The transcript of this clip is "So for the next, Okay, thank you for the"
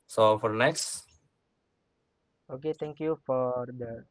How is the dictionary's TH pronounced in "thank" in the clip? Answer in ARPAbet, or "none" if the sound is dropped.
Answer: T